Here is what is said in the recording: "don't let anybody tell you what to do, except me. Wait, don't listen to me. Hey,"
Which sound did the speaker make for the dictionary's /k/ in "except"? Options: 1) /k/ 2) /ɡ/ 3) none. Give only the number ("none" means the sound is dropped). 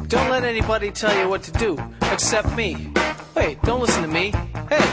1